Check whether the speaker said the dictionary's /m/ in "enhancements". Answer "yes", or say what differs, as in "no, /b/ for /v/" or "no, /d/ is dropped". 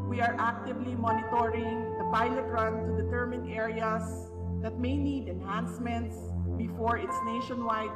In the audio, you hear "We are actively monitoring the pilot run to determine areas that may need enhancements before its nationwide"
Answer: yes